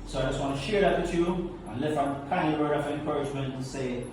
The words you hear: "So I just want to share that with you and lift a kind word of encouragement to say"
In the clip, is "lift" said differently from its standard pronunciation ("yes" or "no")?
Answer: yes